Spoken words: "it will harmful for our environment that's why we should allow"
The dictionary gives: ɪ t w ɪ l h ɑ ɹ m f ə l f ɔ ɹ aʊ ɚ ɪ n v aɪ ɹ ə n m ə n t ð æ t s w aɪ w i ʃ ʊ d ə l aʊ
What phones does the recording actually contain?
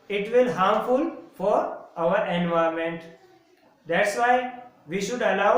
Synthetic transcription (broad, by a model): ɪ t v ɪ l h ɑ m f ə l f ɔ ɹ aʊ ɚ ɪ n v aɪ ə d m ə n t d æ t s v aɪ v i ʃ ʊ d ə l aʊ